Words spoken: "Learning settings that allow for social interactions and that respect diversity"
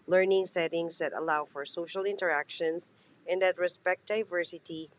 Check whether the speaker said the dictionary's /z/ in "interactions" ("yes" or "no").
no